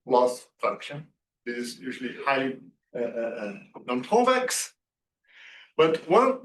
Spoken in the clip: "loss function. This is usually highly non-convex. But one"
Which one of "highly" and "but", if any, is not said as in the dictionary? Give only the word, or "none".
highly